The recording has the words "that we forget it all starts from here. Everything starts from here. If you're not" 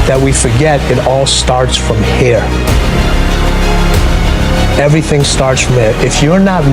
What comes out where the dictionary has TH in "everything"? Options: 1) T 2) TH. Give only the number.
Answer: 2